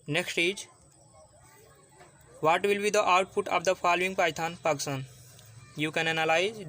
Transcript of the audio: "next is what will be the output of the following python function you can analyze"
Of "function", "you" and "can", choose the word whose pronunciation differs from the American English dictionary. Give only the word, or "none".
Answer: function